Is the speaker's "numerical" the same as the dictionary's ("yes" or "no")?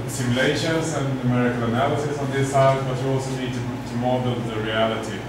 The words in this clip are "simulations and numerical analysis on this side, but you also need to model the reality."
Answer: yes